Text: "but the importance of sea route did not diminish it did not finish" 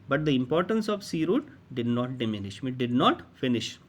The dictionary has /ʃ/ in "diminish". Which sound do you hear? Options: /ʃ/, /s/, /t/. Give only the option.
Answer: /ʃ/